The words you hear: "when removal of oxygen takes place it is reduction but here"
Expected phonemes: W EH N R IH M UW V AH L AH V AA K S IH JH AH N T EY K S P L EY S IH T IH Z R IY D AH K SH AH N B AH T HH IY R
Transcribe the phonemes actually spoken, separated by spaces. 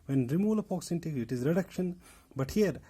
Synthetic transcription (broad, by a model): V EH N R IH M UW L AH P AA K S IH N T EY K IH T IH Z R IY D AH K SH AH N B AH T HH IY R